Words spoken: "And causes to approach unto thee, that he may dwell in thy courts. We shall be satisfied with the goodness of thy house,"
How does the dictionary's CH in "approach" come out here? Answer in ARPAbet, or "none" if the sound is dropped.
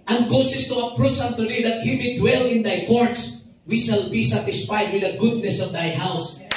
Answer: S